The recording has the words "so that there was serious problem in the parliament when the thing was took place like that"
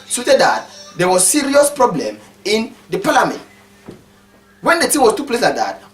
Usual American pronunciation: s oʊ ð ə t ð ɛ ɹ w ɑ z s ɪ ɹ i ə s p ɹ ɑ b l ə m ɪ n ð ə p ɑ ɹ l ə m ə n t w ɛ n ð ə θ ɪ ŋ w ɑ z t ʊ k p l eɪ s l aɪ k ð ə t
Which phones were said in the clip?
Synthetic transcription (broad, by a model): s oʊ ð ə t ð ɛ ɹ w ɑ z s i ɹ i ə s p ɹ ɑ b l ə m ɪ n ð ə p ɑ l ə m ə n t w ɛ n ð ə t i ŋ w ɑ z t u p l eɪ s l aɪ k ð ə t